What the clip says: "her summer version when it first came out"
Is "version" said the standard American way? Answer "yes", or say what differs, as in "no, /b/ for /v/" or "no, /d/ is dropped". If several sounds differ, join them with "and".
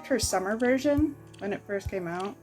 yes